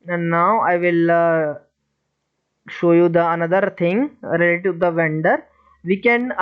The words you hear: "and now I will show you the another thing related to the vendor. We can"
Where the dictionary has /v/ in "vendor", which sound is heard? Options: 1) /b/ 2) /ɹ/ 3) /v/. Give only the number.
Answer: 3